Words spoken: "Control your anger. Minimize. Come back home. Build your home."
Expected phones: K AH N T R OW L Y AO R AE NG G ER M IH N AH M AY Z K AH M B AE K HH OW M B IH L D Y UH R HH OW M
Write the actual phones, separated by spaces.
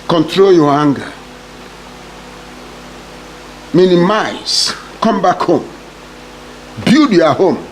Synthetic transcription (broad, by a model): K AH N T R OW L Y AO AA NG G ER M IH N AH M AY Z K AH M B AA K HH OW M B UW D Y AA HH OW M